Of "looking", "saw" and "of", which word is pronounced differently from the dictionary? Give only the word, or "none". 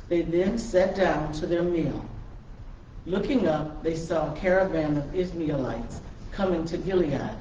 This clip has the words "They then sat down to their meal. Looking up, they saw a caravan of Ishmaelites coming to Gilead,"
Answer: none